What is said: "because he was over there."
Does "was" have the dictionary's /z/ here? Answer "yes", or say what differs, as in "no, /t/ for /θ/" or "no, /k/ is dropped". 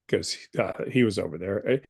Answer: yes